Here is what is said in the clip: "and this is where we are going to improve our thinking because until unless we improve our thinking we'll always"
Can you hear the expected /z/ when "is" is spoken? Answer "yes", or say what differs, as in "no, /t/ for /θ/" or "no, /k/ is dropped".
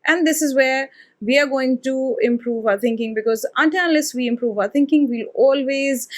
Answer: yes